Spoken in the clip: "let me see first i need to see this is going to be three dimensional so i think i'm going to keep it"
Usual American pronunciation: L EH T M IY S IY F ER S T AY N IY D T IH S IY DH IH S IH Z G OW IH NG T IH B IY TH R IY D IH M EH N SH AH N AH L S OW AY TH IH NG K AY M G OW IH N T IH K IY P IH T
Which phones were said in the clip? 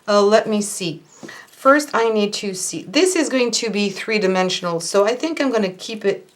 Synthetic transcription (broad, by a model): L EH T M IY S IY F ER S T AY N IY D T IH S IY DH IH S IH Z G OW IH NG T IH B IY TH R IY D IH M EH N SH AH N L S OW AY TH IH NG K AY M G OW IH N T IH K IY P IH T